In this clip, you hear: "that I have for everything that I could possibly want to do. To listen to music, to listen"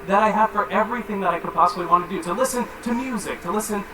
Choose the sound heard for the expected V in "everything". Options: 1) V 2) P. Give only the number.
1